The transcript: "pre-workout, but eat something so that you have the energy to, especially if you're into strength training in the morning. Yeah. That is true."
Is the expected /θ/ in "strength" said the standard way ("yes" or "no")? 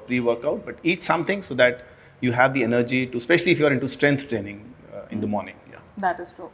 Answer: no